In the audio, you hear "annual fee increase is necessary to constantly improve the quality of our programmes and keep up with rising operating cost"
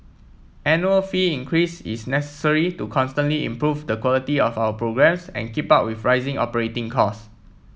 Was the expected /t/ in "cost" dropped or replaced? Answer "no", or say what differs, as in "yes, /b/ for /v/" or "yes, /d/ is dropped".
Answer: yes, /t/ is dropped